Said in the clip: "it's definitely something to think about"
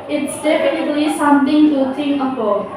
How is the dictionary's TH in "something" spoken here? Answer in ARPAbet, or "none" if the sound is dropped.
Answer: T